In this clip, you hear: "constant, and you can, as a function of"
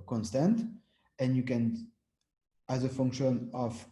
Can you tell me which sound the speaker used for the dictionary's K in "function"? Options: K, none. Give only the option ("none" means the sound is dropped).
K